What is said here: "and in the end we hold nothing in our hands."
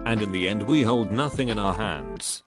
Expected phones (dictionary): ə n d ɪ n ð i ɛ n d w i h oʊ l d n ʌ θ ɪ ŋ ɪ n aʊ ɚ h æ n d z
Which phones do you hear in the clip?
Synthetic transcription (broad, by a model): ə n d ɪ n ð i ɛ n d w i h oʊ l d n ʌ θ ɪ ŋ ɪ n aʊ ɚ h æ n d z